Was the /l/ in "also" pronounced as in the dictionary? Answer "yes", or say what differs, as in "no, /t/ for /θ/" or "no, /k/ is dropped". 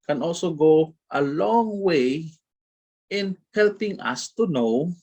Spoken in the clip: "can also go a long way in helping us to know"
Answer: yes